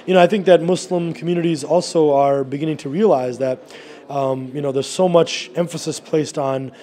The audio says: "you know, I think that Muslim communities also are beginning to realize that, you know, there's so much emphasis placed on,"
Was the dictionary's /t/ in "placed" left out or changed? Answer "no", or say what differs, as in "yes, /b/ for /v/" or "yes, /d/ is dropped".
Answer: no